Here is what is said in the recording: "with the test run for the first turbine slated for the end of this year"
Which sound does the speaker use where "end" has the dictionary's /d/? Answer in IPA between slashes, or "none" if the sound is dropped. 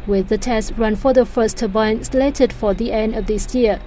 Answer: /d/